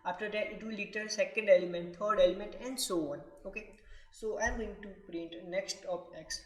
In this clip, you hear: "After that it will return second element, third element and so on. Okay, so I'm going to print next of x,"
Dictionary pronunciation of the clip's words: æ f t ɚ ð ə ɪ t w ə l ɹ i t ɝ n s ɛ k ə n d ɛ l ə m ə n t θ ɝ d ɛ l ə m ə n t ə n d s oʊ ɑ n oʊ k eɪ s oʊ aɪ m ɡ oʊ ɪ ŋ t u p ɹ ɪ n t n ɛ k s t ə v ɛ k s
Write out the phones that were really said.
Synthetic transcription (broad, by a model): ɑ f t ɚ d ɪ t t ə l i t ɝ l s ɛ k ə n d ɛ l ə m ə n t t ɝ d ɛ l ə m ə n t ə n d s oʊ ɑ n oʊ k eɪ s oʊ aɪ m ɡ oʊ ɪ ŋ t u p ɹ ɪ n t n ɛ k s t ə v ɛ k s